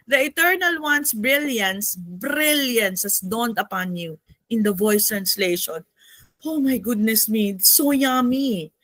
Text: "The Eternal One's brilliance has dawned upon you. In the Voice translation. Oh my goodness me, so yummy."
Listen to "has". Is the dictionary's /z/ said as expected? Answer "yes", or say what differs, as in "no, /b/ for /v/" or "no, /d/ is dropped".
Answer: no, /s/ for /z/